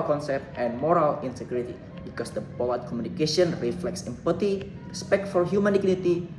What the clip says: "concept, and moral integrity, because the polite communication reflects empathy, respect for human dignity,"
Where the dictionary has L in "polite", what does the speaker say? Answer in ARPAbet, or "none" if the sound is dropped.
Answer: W